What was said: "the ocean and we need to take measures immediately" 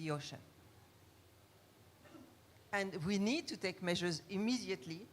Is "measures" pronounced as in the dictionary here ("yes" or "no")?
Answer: yes